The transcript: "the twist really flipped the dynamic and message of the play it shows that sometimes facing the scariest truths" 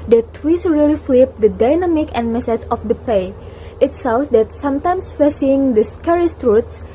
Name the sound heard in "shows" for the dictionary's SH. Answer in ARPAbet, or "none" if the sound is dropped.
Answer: S